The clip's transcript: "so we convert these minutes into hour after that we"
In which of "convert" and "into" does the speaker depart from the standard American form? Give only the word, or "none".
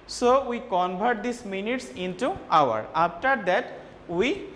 convert